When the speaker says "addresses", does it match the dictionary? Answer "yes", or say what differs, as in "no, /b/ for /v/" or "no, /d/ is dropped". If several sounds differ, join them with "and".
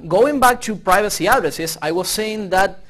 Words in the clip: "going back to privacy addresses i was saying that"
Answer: no, /s/ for /z/